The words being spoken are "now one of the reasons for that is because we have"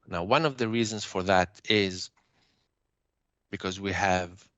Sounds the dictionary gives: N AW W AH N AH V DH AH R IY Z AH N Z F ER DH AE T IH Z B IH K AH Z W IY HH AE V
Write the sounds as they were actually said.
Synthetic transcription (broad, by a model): N AW W AH N AH V DH AH R IY Z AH N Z F ER DH AE T IH Z B IH K AH Z W IY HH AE V